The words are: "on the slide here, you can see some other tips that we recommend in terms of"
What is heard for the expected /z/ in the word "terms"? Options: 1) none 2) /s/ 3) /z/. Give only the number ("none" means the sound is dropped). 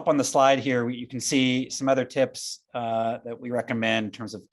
3